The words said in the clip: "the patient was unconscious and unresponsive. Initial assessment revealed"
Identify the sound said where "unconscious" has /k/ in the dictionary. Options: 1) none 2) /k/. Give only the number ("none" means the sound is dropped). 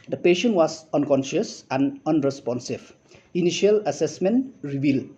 2